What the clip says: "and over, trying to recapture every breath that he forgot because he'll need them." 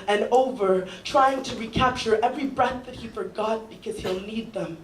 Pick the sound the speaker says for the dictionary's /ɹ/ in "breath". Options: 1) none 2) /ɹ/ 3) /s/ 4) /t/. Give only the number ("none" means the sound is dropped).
2